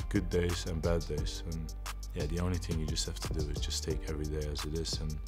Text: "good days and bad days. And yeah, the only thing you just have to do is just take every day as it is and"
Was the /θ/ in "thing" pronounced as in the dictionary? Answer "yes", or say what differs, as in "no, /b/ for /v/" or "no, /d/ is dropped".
yes